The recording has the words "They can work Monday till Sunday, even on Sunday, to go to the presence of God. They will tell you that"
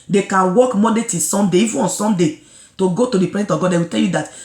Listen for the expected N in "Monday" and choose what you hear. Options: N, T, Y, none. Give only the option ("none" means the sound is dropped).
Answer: none